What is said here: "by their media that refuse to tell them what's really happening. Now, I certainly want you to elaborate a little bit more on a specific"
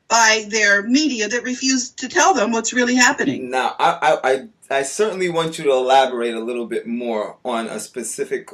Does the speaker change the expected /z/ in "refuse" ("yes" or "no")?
no